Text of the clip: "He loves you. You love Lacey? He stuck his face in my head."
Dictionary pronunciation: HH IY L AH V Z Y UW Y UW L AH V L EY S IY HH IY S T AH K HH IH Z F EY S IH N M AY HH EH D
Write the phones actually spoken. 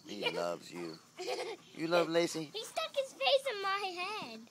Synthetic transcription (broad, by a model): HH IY L AH V Z Y UW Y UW L AH V L EY S IY HH IY S T AH K HH IH Z F EY S IH N M AY HH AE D